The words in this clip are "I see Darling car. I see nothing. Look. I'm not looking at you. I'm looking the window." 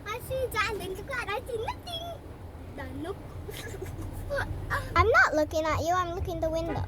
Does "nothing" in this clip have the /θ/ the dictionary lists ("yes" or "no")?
no